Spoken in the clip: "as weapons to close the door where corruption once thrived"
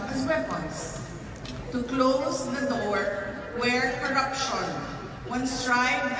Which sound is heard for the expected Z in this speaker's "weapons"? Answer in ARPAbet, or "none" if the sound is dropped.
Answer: S